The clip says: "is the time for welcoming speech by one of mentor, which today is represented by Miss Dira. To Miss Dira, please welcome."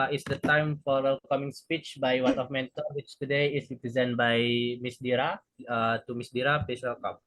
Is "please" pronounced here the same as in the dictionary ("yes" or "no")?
no